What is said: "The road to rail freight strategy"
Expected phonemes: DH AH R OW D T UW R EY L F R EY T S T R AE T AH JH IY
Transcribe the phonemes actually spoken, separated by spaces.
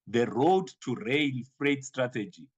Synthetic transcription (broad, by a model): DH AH R OW D T UW R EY N F R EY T S T R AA T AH JH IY